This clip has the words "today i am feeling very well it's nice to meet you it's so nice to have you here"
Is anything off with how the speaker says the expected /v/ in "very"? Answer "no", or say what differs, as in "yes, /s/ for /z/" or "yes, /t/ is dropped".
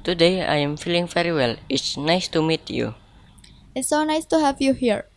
yes, /f/ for /v/